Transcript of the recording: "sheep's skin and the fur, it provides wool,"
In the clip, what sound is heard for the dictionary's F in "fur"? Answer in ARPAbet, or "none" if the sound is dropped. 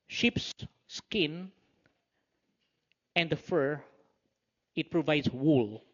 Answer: F